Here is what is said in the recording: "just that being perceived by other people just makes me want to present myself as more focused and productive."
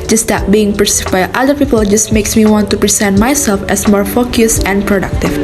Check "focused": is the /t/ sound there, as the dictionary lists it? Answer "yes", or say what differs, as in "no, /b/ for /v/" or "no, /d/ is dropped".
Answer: no, /t/ is dropped